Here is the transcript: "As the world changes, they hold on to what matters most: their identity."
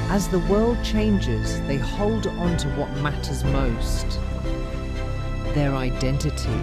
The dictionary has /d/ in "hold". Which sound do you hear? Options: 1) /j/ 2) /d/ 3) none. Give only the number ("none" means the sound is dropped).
2